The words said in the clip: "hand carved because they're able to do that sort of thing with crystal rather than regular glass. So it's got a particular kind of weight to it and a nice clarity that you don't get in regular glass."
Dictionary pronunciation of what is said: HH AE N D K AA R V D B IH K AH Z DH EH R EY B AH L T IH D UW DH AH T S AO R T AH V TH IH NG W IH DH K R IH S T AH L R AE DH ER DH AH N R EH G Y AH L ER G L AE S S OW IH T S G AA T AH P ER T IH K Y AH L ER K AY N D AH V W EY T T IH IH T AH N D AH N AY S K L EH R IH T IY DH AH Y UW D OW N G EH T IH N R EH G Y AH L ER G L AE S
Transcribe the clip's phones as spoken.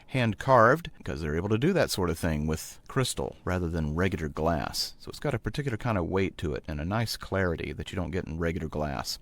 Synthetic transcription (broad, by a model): HH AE N K AA R V D K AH Z DH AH R EY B L T IH D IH DH AH T S AO R T AH V TH IH NG W IH DH K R IH S T L R AE DH ER DH AH N R EH G Y L ER G L AE S S OW IH T S G AA T AH P ER T IH K Y L ER K AY N D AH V W EY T T IH IH T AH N AH N AY S K L EH R IH T IY DH AH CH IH D OW N G EH T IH N R EH G Y L ER G L AE S